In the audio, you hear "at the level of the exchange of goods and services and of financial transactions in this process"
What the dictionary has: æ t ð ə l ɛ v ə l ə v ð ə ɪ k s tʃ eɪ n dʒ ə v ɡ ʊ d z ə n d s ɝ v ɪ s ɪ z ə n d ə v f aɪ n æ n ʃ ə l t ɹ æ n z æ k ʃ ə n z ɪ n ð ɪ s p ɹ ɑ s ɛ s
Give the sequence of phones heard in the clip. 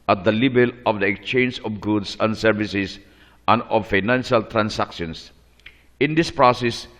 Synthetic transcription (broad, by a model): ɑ t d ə l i b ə l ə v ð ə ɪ k s tʃ eɪ n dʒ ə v ɡ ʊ d s ə n d s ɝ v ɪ s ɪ s ə n d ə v f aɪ n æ n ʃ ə l t ɹ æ n s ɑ k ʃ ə n s ɪ n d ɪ s p ɹ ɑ s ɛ s